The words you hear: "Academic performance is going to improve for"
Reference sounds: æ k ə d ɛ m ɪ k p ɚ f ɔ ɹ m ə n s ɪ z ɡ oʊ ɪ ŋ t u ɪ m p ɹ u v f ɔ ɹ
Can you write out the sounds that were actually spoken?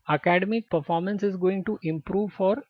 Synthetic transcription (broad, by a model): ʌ k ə d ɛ m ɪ k p ɚ f ɔ ɹ m ə n s ɪ z ɡ oʊ ɪ ŋ t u ɪ m p ɹ u v f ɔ ɹ